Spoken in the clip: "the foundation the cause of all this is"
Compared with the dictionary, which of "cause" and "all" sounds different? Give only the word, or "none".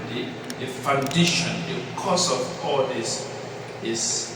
cause